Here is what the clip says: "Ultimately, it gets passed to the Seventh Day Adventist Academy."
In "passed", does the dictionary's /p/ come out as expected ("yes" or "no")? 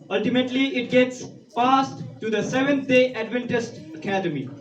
no